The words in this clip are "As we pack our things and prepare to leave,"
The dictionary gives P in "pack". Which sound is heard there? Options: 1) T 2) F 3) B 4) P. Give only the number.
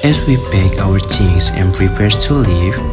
3